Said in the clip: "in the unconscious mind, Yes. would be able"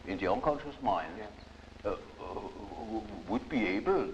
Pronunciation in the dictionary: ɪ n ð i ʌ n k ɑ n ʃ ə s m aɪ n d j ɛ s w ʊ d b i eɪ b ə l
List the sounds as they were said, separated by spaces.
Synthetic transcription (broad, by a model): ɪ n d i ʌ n k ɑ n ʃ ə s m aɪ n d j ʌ w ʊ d b i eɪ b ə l